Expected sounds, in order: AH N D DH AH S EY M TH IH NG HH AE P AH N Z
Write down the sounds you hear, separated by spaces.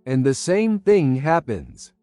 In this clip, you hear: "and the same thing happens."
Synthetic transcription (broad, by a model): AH N DH AH S EY M TH IH NG HH AE P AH N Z